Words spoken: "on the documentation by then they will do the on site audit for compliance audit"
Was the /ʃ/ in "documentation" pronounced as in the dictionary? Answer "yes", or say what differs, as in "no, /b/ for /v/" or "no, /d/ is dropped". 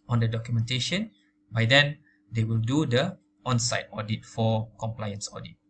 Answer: yes